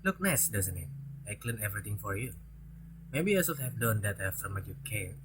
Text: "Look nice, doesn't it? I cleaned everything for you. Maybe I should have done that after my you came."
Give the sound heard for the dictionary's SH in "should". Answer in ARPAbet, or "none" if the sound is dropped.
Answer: S